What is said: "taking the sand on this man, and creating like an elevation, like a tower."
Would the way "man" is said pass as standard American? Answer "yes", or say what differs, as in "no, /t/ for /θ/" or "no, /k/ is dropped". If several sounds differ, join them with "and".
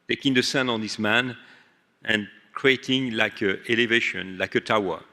yes